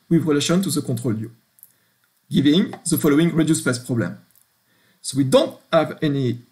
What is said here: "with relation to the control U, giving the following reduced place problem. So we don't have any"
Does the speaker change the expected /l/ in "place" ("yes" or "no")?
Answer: yes